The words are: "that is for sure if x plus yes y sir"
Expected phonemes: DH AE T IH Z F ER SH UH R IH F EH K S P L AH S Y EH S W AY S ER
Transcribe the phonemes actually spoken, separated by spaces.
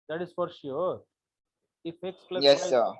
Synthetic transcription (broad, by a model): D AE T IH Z F ER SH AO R IH F EH K S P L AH Y EH S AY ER